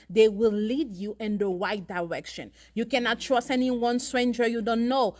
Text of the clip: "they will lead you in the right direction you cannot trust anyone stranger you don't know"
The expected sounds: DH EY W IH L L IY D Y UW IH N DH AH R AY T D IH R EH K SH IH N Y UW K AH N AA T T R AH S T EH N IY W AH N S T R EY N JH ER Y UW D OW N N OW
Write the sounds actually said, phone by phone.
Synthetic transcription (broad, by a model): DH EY W IH L L IY D Y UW IH N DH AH W AY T D IH R EH K SH IH N Y UW K AH N AA T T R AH S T EH N IY W AH N S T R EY N JH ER Y UW D OW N N OW